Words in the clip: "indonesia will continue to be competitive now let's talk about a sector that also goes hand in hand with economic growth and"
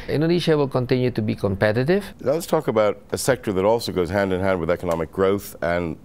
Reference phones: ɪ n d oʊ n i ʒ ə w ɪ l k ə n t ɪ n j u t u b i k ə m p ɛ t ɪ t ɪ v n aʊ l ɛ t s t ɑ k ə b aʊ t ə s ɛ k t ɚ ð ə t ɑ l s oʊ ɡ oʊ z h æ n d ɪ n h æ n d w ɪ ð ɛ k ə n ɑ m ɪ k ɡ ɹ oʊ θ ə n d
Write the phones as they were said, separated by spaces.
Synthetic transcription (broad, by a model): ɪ n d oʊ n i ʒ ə w ɪ l k ə n t ɪ n j u t u b i k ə m p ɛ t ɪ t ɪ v n aʊ l ɛ t s t ɑ k ə b aʊ t ə s ɛ k t ɚ ð ə t ɑ l s oʊ ɡ oʊ z h æ n d ɪ n h æ n d w ɪ ð ɛ k ə n ɑ m ɪ k ɡ ɹ oʊ θ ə n